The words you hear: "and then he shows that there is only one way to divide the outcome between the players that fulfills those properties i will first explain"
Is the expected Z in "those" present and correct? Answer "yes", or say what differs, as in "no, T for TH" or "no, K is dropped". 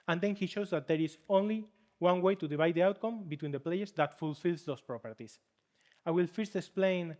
no, S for Z